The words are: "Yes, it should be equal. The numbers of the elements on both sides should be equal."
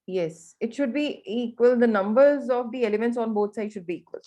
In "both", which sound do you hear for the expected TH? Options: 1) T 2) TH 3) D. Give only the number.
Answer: 1